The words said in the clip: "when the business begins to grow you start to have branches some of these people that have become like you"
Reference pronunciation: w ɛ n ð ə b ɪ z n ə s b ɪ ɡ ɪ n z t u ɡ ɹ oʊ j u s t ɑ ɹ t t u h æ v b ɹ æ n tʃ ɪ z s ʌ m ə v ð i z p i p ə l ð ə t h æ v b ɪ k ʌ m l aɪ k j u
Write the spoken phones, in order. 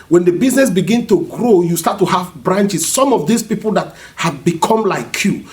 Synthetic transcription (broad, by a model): w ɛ n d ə b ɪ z n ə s b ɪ ɡ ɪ n t u ɡ ɹ oʊ j u s t ɑ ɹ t t u h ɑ v b ɹ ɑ n tʃ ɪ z s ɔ m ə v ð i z p i p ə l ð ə t h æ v b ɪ k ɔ m l aɪ k j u